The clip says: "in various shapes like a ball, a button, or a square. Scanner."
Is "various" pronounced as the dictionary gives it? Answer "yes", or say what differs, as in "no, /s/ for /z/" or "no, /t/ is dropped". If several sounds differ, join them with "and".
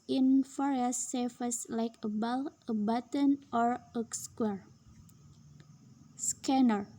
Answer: no, /f/ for /v/